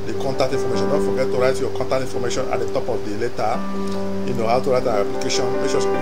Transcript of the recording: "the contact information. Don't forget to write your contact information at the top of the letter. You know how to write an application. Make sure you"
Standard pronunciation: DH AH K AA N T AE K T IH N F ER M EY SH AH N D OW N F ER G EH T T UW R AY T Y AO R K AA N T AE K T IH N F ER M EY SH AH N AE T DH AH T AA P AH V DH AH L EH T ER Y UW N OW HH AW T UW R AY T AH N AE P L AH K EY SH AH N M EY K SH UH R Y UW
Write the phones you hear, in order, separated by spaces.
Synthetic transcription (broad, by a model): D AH K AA N T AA K T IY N F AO M EY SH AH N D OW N F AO G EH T T UW R AY T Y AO K AA N T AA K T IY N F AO M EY SH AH N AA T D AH T AA P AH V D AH L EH T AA Y UW N OW HH AW T UW R AY T AH N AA P L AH K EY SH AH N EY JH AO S